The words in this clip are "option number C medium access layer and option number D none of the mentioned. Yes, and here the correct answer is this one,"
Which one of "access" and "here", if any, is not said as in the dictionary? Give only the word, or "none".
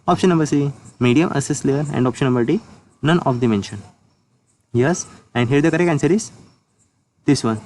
access